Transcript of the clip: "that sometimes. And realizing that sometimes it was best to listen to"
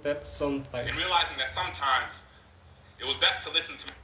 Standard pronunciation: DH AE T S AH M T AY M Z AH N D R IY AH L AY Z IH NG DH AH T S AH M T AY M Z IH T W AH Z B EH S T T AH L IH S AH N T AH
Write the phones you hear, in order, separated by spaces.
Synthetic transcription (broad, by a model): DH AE T S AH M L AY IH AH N R IY AH L AY Z IH NG DH AH T S AH M T AY M Z IH T W AH Z B EH S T T AH L IH S N T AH